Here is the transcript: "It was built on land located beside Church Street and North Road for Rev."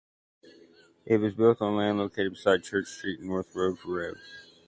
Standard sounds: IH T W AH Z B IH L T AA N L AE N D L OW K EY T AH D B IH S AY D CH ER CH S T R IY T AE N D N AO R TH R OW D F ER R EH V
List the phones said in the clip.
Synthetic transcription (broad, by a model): IH T W AH Z B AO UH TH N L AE N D L OW K EY T AH D B IH S AY D CH ER CH S T R IY T N N AO R TH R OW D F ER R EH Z